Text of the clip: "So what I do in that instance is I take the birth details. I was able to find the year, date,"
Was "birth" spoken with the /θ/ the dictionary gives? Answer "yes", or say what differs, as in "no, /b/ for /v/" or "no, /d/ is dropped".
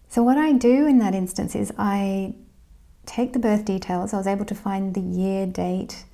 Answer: yes